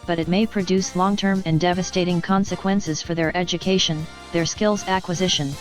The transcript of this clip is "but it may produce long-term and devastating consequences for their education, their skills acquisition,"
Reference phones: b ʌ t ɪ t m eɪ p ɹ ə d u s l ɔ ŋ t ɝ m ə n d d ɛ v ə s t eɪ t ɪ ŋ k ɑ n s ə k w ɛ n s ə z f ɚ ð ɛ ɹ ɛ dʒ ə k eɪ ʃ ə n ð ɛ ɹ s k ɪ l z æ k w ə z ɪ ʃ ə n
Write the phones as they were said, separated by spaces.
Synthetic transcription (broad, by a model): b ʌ t ɪ t m eɪ p ɹ ə d u s l ɔ ŋ t ɝ m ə n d d ɛ v ə s t eɪ t ɪ ŋ k ɑ n s ə k w ɛ n s ə z f ɚ ð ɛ ɹ ɛ dʒ ə k eɪ ʃ ə n ð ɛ ɹ s k ɪ l z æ k w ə z ɪ ʃ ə n